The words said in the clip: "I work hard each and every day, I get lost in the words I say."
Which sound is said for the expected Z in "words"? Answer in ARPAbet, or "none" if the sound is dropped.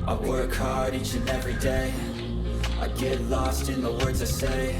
Z